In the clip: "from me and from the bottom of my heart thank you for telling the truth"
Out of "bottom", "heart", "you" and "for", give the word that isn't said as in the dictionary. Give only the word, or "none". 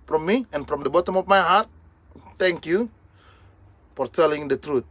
none